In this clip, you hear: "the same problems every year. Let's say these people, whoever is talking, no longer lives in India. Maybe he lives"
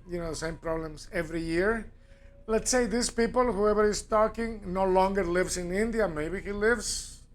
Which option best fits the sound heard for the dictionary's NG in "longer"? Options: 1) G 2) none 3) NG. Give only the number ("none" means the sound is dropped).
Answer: 3